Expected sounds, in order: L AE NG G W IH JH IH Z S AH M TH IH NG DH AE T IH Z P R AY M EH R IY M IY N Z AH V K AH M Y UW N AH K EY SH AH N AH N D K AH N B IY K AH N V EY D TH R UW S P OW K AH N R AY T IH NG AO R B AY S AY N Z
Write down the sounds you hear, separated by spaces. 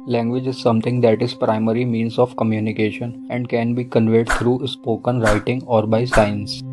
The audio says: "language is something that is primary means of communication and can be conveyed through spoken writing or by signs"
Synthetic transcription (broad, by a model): L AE NG G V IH JH IH Z S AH M T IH NG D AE T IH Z P R AY M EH R IY M IY N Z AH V K AH M Y UW N AH K EY SH AH N AH N D K AH N B IY K AH N V EY D T R UW S P OW K AH N R AY T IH NG AO R B AY S AY N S